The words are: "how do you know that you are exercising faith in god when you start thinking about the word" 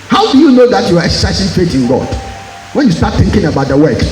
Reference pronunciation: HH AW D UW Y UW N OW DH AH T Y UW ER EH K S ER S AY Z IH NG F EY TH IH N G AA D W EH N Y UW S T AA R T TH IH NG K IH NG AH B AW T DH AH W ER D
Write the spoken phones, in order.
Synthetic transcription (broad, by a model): HH AW D UW Y UW N OW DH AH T Y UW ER EH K S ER S AY S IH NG F EY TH IH N G AA D W EH N Y UW S T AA T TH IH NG K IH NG AH B AW T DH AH W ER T